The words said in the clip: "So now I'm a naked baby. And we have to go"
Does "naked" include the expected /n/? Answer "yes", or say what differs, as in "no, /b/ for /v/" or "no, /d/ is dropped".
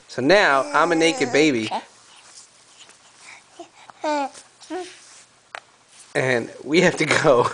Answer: yes